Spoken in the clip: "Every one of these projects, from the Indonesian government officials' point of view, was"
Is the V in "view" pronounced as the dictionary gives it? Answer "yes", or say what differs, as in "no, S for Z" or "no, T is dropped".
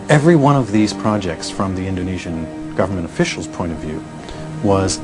yes